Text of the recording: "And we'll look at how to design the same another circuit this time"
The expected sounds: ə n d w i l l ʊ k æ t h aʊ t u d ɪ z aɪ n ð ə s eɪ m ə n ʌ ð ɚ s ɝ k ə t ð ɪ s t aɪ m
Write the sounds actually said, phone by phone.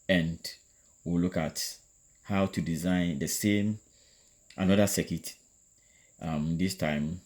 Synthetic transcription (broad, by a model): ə n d w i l l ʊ k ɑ t h aʊ t u d ɪ z aɪ n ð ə s eɪ m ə n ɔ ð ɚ s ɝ k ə t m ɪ s t aɪ m